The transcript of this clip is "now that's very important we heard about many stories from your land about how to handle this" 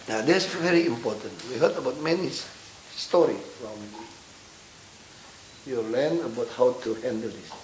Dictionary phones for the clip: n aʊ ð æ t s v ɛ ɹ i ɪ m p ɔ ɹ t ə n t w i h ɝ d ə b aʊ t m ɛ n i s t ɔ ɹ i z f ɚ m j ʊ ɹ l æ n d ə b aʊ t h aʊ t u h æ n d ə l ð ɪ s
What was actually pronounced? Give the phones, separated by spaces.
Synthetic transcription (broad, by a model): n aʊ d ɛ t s v ɛ ɹ i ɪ m p ɔ t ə n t w i h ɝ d ə b aʊ t m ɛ n i s t ɔ ɹ i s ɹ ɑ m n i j l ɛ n ə b aʊ t h aʊ t u h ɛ n d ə l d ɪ s